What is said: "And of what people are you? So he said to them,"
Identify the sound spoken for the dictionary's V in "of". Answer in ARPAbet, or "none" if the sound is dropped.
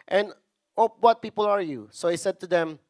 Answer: P